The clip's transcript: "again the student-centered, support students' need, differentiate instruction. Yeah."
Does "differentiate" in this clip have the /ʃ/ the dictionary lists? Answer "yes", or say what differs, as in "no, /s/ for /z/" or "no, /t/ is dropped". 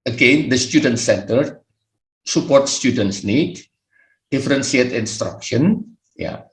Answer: no, /s/ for /ʃ/